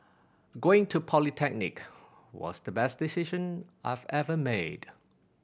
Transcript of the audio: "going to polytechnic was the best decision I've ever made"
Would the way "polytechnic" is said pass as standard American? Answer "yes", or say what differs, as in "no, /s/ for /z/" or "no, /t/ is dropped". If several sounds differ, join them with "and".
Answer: yes